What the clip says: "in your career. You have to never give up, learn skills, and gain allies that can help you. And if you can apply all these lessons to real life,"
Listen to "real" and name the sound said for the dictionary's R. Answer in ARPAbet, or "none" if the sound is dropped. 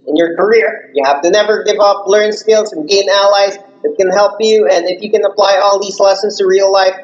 R